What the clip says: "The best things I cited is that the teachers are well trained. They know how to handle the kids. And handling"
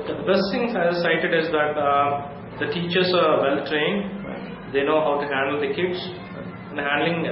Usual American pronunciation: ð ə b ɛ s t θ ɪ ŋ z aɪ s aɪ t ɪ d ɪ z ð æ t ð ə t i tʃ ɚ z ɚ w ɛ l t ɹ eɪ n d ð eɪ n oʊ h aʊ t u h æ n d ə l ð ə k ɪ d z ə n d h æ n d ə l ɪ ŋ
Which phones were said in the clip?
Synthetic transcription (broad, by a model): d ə b ɛ s t t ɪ ŋ aɪ s aɪ t ɪ d ɪ z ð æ t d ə t i tʃ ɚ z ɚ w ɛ l t ɹ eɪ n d eɪ n oʊ h aʊ t u h æ n d ə l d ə k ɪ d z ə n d h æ n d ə l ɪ ŋ